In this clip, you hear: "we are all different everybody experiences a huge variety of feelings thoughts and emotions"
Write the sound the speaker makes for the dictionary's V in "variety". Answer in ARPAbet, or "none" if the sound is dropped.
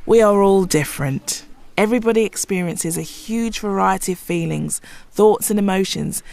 V